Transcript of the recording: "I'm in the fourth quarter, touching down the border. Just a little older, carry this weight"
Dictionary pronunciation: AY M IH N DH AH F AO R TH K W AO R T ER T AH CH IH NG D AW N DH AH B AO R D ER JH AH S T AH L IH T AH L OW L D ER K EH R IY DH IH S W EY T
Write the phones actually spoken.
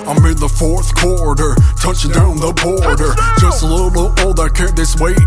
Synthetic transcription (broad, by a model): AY M IH N DH AH F AO R TH K W AO R T ER T AH CH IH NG D AW N DH AH B AO R D ER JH AH S T AH L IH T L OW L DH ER K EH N DH IH S W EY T